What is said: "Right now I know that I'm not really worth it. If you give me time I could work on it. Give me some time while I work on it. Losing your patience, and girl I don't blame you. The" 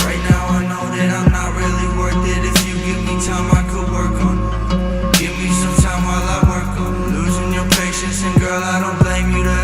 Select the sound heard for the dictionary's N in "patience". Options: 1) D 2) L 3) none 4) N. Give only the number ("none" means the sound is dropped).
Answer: 4